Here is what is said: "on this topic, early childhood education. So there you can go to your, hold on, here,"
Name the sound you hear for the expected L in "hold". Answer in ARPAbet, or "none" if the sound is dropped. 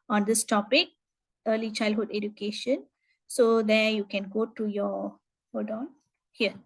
none